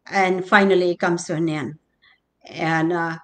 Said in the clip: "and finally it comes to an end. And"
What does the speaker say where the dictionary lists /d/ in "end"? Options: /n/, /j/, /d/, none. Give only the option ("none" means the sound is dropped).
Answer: none